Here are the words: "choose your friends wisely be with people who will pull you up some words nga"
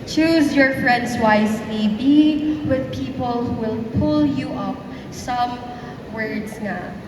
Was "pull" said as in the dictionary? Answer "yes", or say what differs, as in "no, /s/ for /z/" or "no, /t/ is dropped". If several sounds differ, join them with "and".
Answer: yes